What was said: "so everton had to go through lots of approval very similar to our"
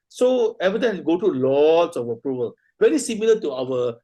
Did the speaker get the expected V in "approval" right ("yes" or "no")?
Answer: yes